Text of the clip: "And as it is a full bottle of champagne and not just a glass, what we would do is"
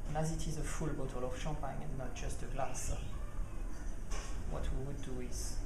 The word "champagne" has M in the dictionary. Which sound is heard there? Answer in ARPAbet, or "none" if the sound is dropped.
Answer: none